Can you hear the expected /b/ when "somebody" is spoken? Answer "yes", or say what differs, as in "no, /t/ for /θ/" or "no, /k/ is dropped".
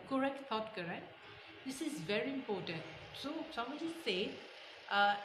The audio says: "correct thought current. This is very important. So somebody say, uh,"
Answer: no, /b/ is dropped